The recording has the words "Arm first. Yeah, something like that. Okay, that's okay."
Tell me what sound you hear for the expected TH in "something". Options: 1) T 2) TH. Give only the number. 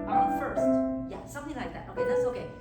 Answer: 2